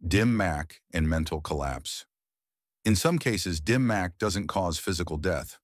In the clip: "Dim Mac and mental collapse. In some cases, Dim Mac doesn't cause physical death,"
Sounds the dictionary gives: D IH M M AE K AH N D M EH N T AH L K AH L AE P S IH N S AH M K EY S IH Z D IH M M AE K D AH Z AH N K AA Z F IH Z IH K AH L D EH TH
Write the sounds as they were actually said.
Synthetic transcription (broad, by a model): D IH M M AE K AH N M EH N T L K AH L AE P S IH N S AH M K EY S IH Z D IH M M AE K D AH Z AH N K AA Z F IH Z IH K L D EH TH